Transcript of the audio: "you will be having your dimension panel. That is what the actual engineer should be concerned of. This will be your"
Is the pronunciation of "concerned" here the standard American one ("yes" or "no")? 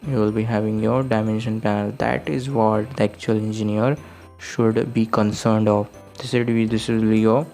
yes